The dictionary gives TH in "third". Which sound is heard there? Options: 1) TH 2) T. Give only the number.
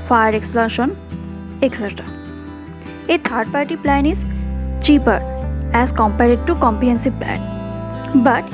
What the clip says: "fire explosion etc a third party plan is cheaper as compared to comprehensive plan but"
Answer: 2